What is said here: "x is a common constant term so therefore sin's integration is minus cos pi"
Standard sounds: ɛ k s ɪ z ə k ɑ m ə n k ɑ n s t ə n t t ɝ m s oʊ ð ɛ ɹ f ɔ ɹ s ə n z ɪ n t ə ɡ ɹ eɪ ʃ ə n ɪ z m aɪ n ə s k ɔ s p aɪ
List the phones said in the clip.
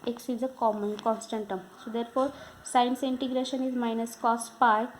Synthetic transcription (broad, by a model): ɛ k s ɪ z ə k ɑ m ə n k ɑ n s t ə n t t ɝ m s oʊ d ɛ ɹ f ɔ ɹ s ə n s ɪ n t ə ɡ ɹ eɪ ʃ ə n ɪ z m aɪ n ə s k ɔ s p aɪ